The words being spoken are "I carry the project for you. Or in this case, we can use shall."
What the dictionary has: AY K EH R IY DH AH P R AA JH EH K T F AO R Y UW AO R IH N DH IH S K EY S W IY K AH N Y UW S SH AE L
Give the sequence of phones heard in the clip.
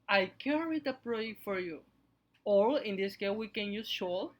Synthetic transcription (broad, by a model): AY K EH R IY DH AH P R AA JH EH K T F AO R Y UW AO L IH N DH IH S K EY W IY K AH N Y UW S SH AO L